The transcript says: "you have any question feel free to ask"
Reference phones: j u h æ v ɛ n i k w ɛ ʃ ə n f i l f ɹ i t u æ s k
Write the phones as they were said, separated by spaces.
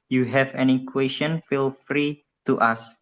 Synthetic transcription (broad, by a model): j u h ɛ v ɛ n i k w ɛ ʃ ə n f i l f ɹ i t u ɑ s